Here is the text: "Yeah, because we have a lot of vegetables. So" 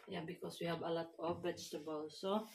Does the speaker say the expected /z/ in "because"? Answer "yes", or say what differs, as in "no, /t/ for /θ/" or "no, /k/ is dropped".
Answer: no, /s/ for /z/